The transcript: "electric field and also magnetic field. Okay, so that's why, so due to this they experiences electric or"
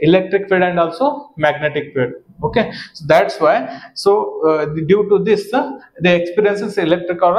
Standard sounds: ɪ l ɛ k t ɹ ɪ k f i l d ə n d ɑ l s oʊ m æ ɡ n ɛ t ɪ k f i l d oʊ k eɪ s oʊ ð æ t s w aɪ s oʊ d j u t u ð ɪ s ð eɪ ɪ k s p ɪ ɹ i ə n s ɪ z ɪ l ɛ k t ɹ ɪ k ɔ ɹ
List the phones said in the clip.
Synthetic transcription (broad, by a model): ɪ l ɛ k t ɹ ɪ k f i d ə n d ɑ l s oʊ m æ ɡ n ɛ t ɪ k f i d oʊ k eɪ s oʊ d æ t s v aɪ s oʊ d j u t u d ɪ s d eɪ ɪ k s p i ɹ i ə n s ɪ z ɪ l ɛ k t ɹ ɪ k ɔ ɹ